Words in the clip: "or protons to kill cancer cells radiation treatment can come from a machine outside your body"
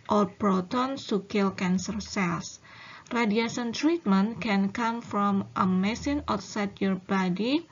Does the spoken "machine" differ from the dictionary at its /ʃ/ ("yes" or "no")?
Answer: yes